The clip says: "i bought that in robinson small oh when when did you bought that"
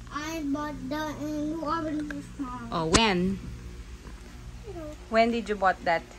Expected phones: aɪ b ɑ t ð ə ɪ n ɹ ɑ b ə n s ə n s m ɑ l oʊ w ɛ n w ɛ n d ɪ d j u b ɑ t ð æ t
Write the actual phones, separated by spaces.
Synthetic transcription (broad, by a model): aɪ b ɑ t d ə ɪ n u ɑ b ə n ə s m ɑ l oʊ w ɛ n w ɛ n d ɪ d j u b ɑ t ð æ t